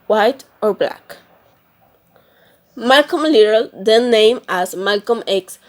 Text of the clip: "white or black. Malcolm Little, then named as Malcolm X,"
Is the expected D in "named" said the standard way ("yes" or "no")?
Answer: no